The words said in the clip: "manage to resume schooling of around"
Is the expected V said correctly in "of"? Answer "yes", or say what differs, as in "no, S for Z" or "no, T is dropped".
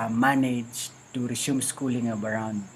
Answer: no, B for V